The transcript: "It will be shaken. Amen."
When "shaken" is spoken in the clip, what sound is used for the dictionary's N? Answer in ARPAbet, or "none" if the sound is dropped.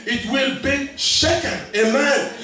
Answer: none